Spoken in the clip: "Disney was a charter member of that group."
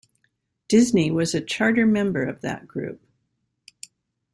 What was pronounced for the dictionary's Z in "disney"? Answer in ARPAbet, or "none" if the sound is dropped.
Z